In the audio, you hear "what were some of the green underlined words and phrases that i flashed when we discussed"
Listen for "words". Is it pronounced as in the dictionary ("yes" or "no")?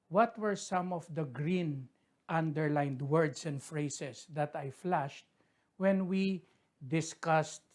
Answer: no